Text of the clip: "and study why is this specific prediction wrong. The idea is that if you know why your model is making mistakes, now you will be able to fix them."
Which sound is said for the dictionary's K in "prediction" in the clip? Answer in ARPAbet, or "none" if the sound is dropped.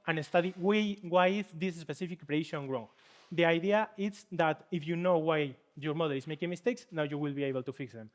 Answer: none